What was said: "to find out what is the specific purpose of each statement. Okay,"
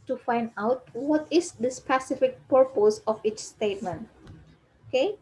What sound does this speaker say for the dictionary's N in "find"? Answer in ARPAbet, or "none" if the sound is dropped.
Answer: N